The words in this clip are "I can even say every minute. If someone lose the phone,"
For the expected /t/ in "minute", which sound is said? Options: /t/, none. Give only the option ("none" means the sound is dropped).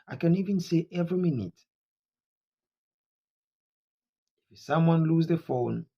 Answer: /t/